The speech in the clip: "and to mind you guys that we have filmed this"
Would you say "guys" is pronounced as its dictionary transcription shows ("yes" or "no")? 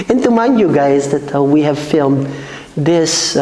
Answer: yes